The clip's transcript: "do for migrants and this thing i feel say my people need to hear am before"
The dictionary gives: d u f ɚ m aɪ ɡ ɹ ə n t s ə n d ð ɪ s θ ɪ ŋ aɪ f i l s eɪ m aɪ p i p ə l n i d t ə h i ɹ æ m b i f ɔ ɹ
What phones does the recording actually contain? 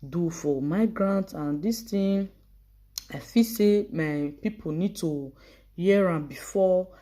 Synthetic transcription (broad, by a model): d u f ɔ m aɪ ɡ ɹ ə n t ə n d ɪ s t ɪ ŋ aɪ f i s eɪ m aɪ p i p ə n i d t ə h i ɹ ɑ b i f ɔ